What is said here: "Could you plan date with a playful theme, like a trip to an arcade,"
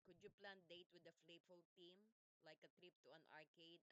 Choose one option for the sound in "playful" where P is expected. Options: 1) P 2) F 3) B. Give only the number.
2